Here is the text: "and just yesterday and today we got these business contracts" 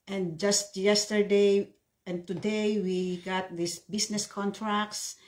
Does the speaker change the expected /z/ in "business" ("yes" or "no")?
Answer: yes